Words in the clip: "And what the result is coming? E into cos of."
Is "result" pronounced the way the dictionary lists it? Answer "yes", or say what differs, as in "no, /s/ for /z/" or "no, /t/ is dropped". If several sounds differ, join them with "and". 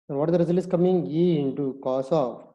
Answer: no, /t/ is dropped